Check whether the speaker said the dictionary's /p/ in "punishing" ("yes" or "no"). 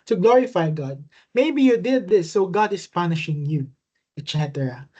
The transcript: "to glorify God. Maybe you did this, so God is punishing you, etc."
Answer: yes